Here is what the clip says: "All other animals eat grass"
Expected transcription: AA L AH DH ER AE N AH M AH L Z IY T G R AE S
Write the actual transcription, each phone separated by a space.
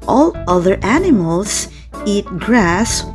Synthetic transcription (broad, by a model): AA L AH DH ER AE N AH M AH L Z IY T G R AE S